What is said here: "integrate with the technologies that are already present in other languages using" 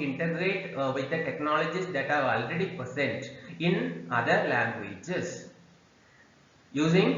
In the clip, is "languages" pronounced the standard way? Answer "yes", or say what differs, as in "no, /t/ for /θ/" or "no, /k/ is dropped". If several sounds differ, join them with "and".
no, /s/ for /z/